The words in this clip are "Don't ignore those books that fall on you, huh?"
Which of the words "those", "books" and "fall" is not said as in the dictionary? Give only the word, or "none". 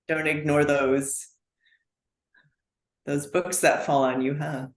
none